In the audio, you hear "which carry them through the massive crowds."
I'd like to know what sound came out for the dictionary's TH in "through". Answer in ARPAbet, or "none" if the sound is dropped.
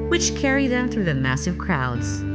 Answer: TH